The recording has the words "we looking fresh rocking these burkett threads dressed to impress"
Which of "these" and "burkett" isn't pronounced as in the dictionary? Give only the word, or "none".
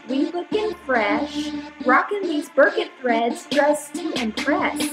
none